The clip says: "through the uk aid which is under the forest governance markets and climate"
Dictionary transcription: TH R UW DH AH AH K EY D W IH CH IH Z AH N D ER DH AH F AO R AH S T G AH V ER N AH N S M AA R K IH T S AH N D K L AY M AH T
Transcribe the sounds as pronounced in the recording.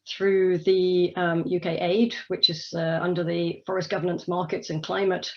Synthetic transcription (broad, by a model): TH R UW DH AH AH K EY D W IH CH IH Z AH N D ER DH AH F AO R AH S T G AH V ER N AH N S M AA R K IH T S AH N K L AY M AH T